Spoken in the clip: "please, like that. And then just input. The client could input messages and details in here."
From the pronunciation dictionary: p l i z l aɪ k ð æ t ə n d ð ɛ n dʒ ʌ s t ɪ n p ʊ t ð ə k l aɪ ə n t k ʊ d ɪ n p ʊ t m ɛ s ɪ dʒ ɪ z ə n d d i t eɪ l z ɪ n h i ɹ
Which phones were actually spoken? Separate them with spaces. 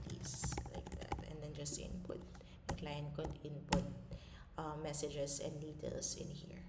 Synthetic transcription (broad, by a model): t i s l aɪ k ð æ t ə n d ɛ n dʒ ʌ s t ɪ n p ʊ t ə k l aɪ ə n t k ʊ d ɪ n p ʊ t m ɛ s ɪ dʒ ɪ s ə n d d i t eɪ l s ɪ n h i ɹ